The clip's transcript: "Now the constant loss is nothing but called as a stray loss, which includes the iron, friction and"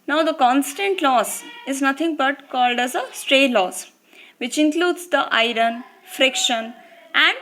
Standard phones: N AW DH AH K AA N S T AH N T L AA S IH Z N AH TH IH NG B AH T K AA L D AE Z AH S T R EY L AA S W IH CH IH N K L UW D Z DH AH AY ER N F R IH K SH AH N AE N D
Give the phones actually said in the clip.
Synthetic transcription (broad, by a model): N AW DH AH K AA N S T AH N T L AA S IH Z N AH T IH NG B AH T K AA L D AE Z AH S T R EY L AA S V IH CH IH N K L UW D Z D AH AY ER N F R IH K SH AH N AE N D